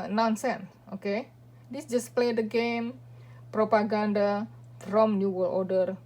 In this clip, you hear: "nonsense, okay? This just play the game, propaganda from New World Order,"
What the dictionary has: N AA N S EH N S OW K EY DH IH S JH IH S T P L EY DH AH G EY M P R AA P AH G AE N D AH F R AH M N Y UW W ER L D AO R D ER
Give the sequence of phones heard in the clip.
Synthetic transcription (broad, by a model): N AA N S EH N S OW K EY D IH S JH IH S P L EY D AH G EY M P R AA P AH G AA N D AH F R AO M N Y UW W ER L AO D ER